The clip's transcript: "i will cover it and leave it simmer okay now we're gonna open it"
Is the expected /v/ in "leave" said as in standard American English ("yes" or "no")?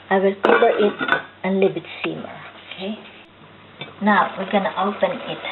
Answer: no